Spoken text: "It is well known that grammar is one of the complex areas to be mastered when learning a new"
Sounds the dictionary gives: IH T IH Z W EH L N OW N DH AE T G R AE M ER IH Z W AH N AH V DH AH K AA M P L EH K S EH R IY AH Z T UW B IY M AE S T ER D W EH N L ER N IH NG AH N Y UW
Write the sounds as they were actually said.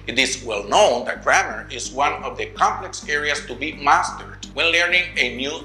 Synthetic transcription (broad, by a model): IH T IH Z W EH L N OW N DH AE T G R AE M ER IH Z W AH N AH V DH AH K AA M P L EH K S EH R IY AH S T UW B IY M AE S T ER D W EH N L ER N IH NG AH N Y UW